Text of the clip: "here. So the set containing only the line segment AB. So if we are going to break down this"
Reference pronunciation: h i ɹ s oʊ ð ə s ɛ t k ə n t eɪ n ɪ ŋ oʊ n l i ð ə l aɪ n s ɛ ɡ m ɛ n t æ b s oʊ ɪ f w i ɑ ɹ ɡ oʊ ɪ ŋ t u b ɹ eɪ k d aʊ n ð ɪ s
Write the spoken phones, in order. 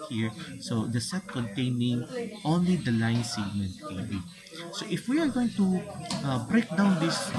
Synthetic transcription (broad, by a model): h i ɹ s oʊ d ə s ɛ t k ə n t eɪ n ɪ ŋ oʊ n l i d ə l aɪ n s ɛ ɡ m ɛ n t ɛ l s oʊ ɪ f w i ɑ ɹ ɡ oʊ ɪ ŋ t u b ɹ eɪ k d aʊ n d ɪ s